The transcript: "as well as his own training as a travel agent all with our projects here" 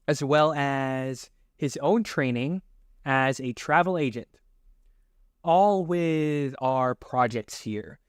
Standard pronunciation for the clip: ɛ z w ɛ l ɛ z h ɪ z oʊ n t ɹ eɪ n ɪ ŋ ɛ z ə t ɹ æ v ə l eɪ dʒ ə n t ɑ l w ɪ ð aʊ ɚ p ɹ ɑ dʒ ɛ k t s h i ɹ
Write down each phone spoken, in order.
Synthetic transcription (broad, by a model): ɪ z w ɛ l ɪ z h ɪ z oʊ n t ɹ eɪ n ɪ ŋ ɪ z ə t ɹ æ v l eɪ dʒ ə n t ɑ l w ɪ ð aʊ ɚ p ɹ ɑ dʒ ɛ k t s h i ɹ